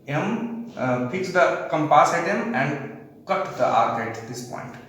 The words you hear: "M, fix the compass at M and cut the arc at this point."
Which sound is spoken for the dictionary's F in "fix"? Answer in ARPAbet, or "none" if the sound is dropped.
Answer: P